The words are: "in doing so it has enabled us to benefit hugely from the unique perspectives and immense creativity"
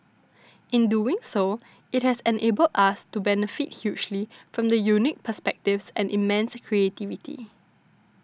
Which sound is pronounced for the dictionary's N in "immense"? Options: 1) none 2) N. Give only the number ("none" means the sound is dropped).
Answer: 2